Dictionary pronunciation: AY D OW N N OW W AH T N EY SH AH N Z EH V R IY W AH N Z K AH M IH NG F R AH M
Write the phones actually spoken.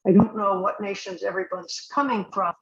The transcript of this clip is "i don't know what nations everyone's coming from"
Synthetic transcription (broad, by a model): AY D OW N N OW W AH T N EY SH AH N Z EH V R IY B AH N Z K AH M IH NG F R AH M